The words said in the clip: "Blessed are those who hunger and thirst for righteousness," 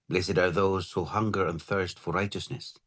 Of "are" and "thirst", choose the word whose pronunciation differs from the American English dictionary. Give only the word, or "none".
none